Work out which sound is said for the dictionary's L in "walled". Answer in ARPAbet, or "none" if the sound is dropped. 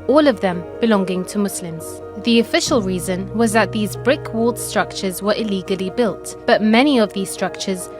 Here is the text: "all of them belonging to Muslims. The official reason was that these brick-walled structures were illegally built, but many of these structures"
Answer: L